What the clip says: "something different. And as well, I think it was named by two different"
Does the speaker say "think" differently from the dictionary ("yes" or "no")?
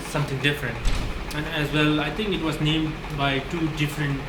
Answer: yes